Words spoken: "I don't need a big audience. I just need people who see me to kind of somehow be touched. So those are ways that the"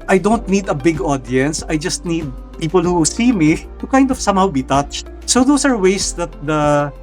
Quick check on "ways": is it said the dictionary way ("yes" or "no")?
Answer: no